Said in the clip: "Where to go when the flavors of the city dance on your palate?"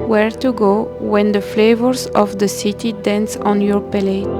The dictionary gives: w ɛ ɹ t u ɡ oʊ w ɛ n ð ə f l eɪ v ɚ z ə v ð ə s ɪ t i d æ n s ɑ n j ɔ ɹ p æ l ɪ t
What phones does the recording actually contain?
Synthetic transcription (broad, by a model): w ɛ ɹ t u ɡ oʊ w ɛ n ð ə f l eɪ v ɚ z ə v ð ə s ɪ t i d æ n s ɑ n j ɔ ɹ p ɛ l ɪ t